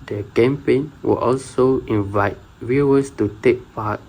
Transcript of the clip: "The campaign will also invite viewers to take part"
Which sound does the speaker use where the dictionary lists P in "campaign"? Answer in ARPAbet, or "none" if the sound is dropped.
P